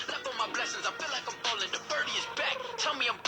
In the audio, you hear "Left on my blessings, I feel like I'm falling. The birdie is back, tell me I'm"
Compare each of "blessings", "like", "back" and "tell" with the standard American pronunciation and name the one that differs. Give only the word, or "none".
none